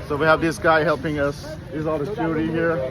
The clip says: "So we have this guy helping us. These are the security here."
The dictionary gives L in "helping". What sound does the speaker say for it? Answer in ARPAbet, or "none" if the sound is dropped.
L